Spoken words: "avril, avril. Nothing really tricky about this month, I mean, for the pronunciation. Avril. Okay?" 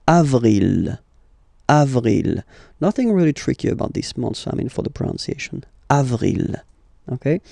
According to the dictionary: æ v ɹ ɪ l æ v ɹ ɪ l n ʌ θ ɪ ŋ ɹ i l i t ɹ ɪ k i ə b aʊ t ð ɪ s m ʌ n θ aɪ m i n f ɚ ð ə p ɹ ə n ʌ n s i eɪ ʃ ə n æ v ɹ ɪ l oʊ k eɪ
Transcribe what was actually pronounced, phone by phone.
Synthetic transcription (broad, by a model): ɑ v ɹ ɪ l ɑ v ɹ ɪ l n ʌ θ ɪ ŋ ɹ i l i t ɹ ɪ k i ə b aʊ t ð ɪ s m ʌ n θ aɪ m i n f ɚ ð ə p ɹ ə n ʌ n s i eɪ ʃ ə n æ v ɹ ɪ l oʊ k eɪ